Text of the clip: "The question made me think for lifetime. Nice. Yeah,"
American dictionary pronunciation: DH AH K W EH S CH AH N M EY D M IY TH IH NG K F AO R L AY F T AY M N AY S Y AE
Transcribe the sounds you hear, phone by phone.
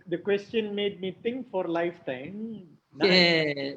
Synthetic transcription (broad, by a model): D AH K W EH S CH AH N M EY D M IY T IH NG K F AO R L AY F T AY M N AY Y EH